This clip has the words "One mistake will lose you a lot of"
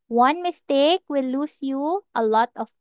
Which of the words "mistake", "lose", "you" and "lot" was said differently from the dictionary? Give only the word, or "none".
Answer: lose